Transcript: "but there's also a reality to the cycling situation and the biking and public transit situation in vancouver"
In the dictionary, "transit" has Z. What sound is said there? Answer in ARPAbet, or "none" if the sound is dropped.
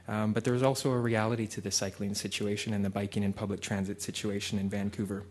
Z